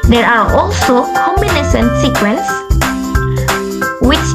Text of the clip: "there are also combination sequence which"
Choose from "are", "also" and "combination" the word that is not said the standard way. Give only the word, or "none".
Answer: combination